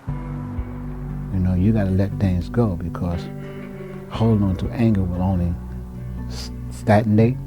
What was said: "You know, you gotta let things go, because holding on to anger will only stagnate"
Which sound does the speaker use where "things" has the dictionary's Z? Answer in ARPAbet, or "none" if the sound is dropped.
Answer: Z